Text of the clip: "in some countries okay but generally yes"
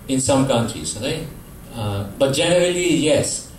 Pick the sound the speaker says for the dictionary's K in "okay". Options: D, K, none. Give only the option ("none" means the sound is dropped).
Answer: none